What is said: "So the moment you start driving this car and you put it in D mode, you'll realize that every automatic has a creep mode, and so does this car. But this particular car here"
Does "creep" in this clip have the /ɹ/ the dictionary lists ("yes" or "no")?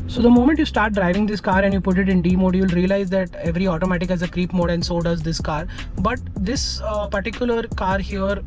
yes